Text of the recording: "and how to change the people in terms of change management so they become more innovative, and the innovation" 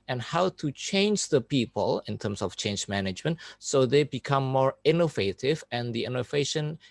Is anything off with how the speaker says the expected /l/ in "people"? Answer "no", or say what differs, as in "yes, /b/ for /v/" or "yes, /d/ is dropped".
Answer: no